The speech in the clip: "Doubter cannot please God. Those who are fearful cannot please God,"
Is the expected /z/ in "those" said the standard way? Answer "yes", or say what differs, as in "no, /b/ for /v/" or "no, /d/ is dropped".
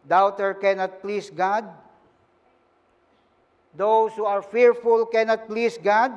no, /s/ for /z/